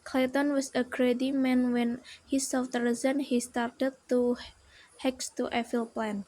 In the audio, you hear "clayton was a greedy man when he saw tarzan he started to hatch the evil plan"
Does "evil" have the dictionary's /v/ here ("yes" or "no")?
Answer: no